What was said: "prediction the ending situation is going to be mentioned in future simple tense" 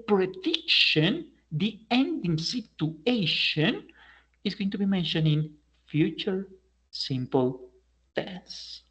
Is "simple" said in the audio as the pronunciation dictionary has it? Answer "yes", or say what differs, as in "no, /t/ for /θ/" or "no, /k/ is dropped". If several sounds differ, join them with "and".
yes